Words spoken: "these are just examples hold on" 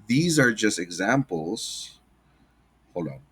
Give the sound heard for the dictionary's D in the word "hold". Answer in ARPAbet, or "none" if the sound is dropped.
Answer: none